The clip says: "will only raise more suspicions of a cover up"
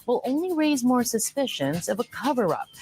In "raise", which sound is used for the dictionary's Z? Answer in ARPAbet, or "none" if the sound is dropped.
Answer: Z